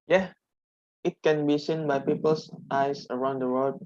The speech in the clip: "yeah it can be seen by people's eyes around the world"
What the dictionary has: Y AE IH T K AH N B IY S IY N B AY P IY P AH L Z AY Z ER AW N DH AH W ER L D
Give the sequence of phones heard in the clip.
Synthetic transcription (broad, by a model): Y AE IH T K AH N B IY S IY N B AY P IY P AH L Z AY S ER AW N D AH W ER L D